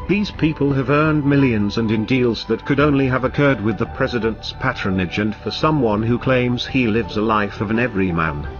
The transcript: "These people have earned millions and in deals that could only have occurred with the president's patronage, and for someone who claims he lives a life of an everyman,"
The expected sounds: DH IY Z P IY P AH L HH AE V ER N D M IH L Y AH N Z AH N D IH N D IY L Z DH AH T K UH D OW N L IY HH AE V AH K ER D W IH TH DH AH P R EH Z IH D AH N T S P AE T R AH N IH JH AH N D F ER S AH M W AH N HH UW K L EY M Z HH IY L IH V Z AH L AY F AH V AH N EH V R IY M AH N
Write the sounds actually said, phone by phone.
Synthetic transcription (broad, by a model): DH IY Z P IY P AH L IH V ER N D M IH L Y AH N Z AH N IH N D IY L Z DH AH T K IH D OW N L IY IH V AH K ER D W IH DH AH P R EH Z IH D AH N T S P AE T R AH N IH JH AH N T F ER S AH M W AH N HH UW K L EY M Z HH IY L IH V Z AH L AY F AH V AH N EH V R IY M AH N